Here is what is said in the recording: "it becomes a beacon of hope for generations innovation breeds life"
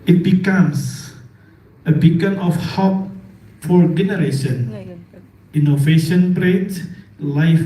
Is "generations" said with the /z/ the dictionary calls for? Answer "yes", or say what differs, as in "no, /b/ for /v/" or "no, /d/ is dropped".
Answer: no, /z/ is dropped